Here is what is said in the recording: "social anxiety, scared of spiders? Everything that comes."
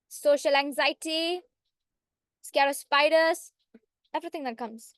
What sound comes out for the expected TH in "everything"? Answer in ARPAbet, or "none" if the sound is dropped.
T